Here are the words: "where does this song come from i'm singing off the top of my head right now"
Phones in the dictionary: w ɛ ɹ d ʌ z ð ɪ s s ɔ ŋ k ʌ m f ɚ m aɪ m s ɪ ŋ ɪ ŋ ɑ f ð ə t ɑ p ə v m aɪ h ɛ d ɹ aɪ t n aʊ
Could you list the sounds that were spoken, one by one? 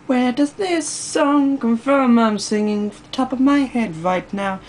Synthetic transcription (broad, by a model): w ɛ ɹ d ʌ z ð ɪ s s ɔ ŋ k ʌ m f ɚ m aɪ m s ɪ ŋ ɪ ŋ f ð ə t ɑ p ə v m aɪ h ɛ d ɹ aɪ t n aʊ